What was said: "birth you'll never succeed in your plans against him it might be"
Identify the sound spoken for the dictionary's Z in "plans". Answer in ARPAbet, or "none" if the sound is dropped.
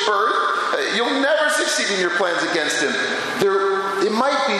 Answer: Z